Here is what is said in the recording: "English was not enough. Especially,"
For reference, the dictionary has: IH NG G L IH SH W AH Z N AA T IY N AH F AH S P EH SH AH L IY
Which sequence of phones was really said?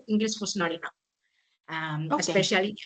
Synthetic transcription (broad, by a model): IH NG G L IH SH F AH S N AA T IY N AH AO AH S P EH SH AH L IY